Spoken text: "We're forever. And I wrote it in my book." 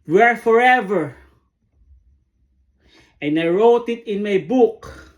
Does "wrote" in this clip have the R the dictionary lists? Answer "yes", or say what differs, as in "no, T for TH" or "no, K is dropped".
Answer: yes